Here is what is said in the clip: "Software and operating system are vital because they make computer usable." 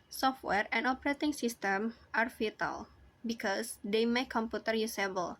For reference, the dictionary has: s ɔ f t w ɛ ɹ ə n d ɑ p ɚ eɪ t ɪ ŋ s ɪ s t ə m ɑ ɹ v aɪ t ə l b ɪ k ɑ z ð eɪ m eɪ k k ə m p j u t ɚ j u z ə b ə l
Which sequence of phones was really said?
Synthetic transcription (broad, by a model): s ɔ f t w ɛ ɹ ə n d ɑ p ɚ eɪ t ɪ ŋ s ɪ s t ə m ɑ ɹ f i t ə l b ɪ k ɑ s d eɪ m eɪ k k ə m p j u t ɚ j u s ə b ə l